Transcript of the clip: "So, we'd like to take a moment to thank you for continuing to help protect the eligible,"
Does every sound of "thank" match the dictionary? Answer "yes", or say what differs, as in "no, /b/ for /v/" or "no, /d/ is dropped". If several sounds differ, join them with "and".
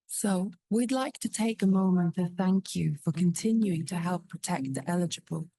yes